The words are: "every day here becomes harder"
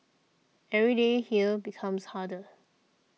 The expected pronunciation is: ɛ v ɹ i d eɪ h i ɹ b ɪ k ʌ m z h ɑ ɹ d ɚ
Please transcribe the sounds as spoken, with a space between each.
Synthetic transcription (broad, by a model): ɛ v ɹ i d eɪ h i l b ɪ k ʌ m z h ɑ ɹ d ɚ